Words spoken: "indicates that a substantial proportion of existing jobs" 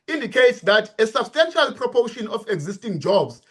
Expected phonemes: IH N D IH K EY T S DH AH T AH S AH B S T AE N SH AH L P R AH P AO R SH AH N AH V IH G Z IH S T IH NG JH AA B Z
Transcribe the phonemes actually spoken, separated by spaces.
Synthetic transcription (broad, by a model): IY N D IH K EY T S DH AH T AH S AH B S T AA N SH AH L P R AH P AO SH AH N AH F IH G Z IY S T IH NG JH AA B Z